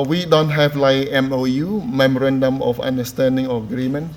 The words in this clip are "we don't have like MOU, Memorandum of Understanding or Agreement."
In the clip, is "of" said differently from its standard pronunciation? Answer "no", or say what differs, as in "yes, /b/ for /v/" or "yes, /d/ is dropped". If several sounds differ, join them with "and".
yes, /f/ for /v/